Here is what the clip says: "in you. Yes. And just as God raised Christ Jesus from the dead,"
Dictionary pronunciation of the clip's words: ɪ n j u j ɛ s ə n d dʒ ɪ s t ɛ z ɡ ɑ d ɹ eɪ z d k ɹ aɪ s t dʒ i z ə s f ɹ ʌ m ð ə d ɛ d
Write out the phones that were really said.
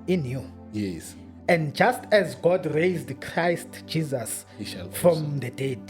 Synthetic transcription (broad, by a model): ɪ n j u j ɛ s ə n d dʒ ɪ s t ɛ z ɡ ɑ d ɹ eɪ z d k ɹ aɪ s t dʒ i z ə s f ɹ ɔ m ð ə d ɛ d